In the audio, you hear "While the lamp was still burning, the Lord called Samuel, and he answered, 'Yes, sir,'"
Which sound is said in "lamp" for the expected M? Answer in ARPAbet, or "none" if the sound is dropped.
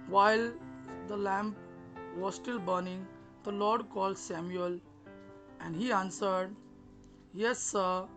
M